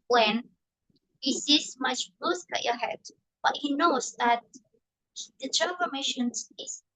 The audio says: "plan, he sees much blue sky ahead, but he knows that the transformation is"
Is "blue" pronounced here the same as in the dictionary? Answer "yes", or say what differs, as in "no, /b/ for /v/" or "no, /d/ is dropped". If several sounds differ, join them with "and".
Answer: no, /l/ is dropped